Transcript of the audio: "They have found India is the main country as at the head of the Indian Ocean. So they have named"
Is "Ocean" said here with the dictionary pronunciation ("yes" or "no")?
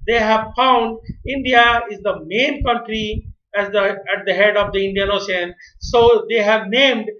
no